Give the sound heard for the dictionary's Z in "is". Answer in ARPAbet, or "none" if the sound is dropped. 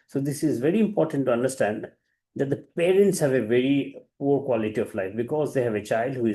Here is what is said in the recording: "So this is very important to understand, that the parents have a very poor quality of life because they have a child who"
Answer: Z